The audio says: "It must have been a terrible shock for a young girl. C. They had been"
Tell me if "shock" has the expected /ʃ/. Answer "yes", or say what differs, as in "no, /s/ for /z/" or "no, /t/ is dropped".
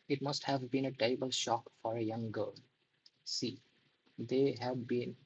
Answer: yes